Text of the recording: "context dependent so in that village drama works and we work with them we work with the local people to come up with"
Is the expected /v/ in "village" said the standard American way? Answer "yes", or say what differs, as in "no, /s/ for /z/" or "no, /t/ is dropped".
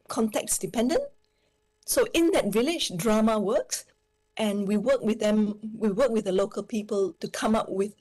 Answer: yes